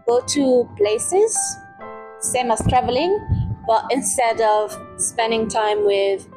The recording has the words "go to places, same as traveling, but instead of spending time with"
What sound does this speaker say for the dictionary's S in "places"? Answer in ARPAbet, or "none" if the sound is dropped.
S